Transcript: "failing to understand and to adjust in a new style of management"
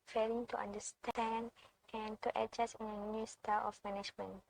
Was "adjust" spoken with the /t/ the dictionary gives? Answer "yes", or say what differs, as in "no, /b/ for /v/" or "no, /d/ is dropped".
no, /t/ is dropped